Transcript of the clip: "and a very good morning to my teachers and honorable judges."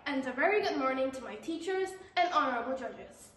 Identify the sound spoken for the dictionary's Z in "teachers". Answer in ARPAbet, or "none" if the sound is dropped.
Z